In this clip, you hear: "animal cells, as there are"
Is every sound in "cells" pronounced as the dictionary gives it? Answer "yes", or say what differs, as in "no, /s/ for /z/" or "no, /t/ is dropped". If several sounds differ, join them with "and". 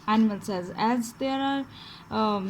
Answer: no, /l/ is dropped